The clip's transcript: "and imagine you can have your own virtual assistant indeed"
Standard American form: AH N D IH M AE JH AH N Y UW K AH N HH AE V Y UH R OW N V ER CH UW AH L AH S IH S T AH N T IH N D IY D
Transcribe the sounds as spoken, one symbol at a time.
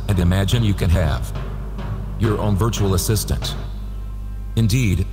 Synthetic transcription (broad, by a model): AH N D IH M AE JH AH N Y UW K AH N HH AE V Y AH R OW N V ER CH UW L AH S IH S T AH N T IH N D IY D